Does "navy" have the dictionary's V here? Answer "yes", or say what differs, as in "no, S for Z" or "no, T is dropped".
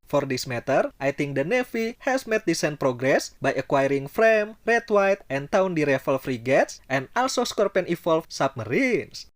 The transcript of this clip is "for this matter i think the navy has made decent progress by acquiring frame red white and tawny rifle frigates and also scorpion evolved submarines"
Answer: no, F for V